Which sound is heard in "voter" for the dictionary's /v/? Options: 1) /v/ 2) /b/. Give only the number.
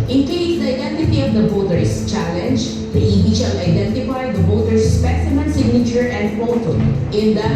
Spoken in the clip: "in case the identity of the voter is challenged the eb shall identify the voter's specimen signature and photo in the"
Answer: 2